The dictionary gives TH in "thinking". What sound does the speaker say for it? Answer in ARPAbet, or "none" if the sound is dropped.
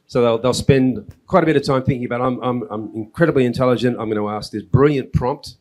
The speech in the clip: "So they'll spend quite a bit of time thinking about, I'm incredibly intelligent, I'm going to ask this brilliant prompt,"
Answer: TH